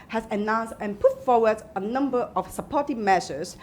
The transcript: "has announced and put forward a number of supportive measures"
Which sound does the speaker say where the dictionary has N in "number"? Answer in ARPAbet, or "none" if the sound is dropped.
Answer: N